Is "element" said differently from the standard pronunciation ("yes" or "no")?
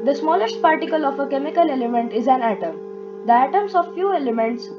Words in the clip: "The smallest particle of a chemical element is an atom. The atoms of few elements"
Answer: no